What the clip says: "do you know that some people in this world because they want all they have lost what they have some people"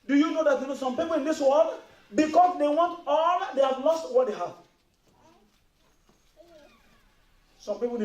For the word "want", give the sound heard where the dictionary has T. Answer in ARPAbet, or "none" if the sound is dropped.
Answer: T